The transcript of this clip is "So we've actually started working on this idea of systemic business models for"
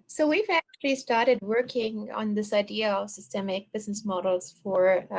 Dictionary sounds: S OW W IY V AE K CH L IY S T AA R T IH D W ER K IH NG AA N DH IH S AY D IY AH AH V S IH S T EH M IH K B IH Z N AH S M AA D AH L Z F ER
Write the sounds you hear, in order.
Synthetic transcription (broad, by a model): S OW W IY V AE K CH L IY S T AA R T IH D W ER K IH NG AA N DH IH S AY D IY AH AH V S IH S T EH M IH K B IH Z N AH S M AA D L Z F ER